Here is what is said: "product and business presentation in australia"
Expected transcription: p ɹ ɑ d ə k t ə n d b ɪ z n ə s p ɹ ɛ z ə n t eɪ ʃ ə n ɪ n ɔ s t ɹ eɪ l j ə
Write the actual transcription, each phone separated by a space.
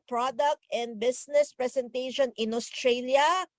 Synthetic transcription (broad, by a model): p ɹ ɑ d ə k t ə n d b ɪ s n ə s p ɹ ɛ s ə n t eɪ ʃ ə n ɪ n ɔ s t ɹ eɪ l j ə